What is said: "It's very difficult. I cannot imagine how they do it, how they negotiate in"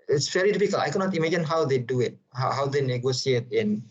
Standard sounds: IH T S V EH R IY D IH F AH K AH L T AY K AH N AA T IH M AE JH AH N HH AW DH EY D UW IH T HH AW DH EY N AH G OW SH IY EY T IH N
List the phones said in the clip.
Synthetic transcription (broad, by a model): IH T S V EH R IY D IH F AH K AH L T AY K AH N AA T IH M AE JH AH N HH AW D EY D UW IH T HH AW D EY N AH G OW S IY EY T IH N